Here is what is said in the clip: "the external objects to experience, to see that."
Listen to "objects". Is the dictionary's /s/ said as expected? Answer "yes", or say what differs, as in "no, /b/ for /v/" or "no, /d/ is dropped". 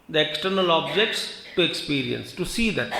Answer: yes